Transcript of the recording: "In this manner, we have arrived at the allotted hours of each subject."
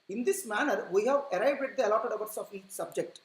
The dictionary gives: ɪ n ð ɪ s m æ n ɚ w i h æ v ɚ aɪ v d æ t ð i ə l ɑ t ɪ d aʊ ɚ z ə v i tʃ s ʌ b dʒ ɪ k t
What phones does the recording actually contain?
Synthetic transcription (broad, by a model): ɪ n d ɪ s m æ n ɚ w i h æ v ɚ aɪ b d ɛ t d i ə l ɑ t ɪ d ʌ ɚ s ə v i tʃ s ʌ b dʒ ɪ k t